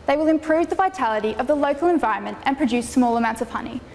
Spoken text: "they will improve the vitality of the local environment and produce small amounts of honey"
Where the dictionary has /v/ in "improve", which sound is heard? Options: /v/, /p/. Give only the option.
/v/